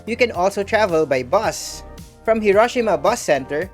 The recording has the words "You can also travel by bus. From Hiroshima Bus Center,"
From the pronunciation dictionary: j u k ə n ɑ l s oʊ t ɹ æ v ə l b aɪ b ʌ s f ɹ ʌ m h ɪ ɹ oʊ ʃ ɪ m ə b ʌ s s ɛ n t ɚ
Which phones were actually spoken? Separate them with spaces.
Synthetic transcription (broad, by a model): j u k ə n ɑ l s oʊ t ɹ æ v ə l b aɪ b ʌ s f ɹ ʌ m h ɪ ɹ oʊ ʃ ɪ m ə b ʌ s s ɛ n t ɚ